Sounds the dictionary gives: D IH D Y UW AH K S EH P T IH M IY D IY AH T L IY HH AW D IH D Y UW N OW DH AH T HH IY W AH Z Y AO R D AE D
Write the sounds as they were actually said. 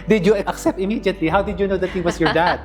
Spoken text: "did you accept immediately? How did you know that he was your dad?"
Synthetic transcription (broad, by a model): D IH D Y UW AH K S EH P T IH M IY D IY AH T L IY HH AW D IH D Y UW N OW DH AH T HH IY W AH S Y AO R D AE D